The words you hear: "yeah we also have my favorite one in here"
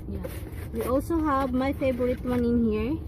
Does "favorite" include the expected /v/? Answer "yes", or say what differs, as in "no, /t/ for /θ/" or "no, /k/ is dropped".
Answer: no, /b/ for /v/